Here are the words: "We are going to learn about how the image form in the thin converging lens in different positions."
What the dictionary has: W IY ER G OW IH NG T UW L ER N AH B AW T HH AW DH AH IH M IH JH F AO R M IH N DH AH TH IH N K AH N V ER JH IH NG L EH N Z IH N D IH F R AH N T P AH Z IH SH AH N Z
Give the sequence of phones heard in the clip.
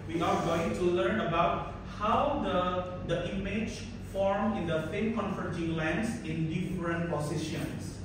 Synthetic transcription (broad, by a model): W IY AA G OW IH NG T UW L ER N AH B AW T HH AW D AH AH M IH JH F AO R M IH N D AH F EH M K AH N F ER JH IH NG L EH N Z IH N D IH F R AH N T P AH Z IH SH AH N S